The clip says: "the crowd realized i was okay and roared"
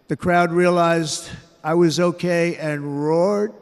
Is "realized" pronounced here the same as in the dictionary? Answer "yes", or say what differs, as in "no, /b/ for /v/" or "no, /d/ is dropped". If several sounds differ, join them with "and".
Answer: yes